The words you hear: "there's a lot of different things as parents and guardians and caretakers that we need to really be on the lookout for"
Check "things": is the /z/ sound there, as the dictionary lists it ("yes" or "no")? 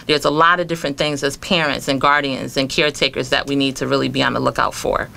yes